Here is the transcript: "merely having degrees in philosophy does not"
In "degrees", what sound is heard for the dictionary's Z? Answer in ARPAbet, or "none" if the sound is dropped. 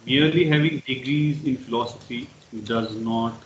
Z